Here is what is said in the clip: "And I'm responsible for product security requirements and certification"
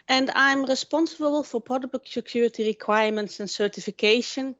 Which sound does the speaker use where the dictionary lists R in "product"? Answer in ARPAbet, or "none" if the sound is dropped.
none